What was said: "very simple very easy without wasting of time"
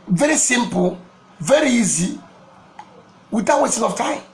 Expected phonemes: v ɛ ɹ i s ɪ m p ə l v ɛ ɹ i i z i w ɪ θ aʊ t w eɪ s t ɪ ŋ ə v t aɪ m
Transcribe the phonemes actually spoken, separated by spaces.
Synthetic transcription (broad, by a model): v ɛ ɹ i s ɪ m p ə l v ɛ ɹ i i z i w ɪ t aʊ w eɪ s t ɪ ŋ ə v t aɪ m